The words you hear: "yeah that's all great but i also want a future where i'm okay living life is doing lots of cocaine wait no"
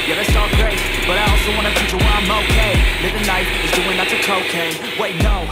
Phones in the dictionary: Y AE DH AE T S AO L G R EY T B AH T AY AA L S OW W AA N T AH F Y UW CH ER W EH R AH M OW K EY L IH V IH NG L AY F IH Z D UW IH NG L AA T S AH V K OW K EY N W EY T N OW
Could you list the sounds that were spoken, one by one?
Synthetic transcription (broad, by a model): Y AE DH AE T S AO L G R EY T B AH T AY AA L S OW W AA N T AH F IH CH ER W AH M OW K EY L IH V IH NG N AY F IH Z D UW IH NG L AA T AH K OW K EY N W EY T N OW